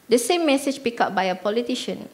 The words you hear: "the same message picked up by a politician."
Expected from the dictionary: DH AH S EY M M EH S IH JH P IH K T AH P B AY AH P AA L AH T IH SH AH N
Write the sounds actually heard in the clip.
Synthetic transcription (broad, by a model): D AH S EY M M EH S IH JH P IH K AH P B AY AH P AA L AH T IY SH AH N